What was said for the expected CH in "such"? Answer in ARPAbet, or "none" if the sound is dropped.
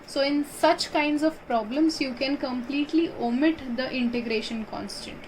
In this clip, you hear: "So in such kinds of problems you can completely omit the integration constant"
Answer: CH